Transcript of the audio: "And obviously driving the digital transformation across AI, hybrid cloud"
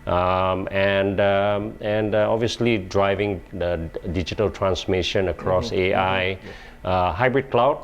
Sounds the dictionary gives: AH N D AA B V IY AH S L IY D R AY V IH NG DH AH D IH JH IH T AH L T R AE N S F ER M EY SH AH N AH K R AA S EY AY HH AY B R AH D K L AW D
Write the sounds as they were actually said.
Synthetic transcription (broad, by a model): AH N D AA B V IY AH S L IY D R AY V IH NG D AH D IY JH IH T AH L T R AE N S M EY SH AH N AH K R AA S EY AY HH AY B R AH D K L AW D